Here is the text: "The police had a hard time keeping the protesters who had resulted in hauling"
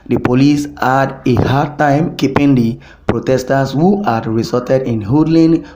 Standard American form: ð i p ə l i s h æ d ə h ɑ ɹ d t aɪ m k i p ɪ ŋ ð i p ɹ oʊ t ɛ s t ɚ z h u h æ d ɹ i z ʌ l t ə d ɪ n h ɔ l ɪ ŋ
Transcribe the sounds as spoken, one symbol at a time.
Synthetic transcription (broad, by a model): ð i p ə l i s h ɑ d ə h ɑ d t aɪ m k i p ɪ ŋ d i p ɹ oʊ t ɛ s t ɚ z h u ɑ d ɹ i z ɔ t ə d ɪ n h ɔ l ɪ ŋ